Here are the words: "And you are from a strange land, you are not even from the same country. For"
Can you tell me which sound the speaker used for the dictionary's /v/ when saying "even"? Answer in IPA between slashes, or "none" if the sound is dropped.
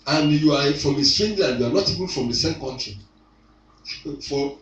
/b/